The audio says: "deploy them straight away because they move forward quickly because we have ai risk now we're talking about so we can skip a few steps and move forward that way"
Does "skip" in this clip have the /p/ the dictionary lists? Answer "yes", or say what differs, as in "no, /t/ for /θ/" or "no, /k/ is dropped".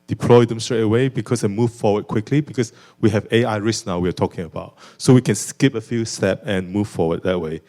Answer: yes